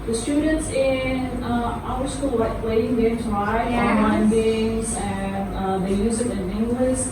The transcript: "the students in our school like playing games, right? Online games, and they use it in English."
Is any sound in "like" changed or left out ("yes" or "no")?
yes